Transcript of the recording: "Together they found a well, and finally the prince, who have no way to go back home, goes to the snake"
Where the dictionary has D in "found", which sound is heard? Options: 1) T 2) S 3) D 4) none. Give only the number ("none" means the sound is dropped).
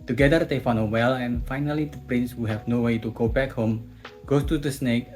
4